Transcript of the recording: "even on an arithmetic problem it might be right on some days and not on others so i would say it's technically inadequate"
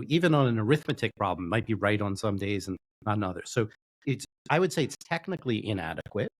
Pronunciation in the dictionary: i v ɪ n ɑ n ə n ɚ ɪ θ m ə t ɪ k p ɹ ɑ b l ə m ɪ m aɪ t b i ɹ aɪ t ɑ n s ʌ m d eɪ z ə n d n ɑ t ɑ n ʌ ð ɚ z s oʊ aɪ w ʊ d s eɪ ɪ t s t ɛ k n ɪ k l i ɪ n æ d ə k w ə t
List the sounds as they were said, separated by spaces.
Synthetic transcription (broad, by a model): i v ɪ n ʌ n ə n ɚ ɪ θ m ə t ɪ k p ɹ ɑ b l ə m m aɪ t b i ɹ aɪ t n s ʌ m d eɪ z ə n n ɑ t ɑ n ʌ ð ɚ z s oʊ aɪ w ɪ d s eɪ ɪ t s t ɛ k n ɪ k l i ɪ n æ d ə k w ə t